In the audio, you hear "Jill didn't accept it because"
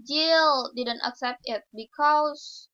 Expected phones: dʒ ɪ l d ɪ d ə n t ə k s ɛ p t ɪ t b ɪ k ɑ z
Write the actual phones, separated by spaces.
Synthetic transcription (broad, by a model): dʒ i l d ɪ d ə n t ə k s ɛ p t ɪ t b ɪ k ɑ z